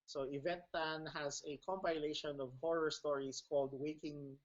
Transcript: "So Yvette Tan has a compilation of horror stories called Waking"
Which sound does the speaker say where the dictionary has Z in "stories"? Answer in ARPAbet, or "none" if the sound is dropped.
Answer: S